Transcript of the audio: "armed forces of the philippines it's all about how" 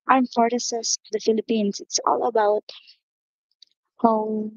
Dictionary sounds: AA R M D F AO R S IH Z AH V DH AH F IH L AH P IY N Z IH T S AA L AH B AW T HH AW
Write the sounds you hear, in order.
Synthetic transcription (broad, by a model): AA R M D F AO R S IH S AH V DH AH F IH L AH P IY N S IH T S AA L AH B AW T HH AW